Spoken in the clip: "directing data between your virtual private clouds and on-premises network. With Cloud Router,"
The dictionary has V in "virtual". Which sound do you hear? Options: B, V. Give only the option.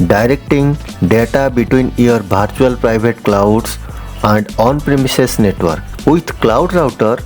B